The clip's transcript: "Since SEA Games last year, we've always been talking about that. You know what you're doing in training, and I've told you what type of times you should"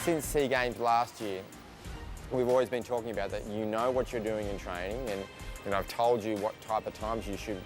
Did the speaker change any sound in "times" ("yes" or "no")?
no